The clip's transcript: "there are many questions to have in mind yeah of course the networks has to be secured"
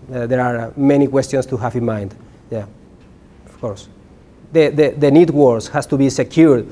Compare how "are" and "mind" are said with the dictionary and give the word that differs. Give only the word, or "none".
none